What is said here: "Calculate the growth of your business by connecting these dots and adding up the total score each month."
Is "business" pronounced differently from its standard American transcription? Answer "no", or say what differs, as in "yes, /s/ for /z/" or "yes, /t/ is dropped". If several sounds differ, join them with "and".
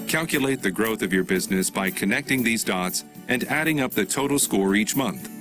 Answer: no